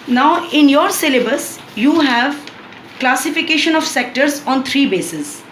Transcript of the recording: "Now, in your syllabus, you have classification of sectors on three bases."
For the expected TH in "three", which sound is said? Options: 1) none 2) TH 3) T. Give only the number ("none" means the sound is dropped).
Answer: 3